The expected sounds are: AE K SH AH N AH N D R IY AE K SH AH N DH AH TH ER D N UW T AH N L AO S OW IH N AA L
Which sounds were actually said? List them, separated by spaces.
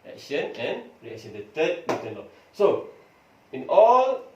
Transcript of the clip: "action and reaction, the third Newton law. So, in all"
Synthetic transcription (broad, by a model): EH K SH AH N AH N R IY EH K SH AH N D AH T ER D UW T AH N L AO S OW IH N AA L